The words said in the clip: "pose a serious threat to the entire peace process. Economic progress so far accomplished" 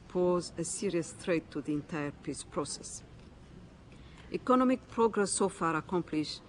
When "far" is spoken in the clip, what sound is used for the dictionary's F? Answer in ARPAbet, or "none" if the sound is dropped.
F